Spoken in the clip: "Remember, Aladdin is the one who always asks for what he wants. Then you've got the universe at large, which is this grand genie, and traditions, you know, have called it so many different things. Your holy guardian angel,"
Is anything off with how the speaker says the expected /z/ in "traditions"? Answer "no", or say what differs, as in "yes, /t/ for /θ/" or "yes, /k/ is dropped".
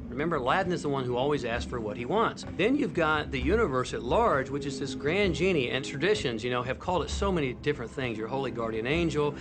no